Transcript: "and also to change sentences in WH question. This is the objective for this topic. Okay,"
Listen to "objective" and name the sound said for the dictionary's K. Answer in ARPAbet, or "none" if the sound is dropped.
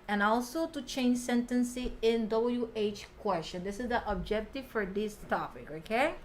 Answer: K